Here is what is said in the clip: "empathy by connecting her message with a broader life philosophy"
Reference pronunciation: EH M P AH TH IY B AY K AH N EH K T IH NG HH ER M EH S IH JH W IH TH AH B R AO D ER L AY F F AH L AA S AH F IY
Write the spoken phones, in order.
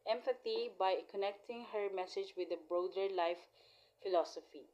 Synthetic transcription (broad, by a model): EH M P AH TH IY B AY K AH N EH K T IH NG HH ER M EH S IH JH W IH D AH B R AO D ER L AY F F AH L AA S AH F IY